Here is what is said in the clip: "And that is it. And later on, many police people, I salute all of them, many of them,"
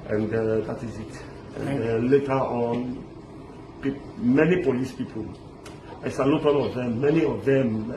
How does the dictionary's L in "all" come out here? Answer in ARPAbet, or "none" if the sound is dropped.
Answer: N